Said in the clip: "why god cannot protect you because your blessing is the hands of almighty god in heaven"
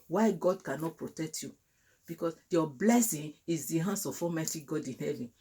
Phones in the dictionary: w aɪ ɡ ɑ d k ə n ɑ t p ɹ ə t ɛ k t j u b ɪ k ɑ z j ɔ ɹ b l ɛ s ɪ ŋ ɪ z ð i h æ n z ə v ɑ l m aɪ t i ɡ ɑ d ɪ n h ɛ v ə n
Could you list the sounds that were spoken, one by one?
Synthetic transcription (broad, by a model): w aɪ ɡ ɑ d k ə n ɑ t p ɹ ə t ɛ k t j u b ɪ k ɑ s j ɔ b l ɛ s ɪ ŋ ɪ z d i h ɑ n s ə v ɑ m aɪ t i ɡ ɑ d ɪ n h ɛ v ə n